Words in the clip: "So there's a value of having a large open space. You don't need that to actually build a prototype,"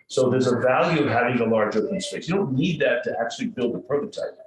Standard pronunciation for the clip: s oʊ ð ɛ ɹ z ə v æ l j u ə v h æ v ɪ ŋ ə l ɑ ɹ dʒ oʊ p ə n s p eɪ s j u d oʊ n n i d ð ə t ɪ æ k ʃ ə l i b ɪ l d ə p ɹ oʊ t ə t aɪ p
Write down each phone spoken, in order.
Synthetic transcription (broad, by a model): s oʊ ð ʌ ɹ z ə v æ l j u ə v h æ v ɪ ŋ ə l ɑ ɹ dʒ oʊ f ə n s p eɪ s j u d oʊ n n i d ð ə t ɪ æ k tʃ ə l i b ɪ l d ə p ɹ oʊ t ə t aɪ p